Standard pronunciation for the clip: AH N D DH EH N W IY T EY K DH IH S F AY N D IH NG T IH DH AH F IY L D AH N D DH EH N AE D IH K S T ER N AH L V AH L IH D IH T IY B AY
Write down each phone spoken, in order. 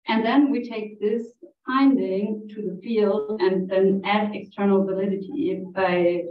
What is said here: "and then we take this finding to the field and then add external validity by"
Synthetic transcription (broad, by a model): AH N DH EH N W IY T EY K DH IH S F AY N D IH NG T IH DH AH F IY L D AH N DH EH N AE D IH K S T ER N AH L V AH L IH D IH T IY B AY